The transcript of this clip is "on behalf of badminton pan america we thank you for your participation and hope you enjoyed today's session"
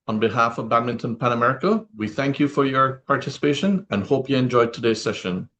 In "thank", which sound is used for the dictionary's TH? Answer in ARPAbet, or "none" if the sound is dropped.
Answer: TH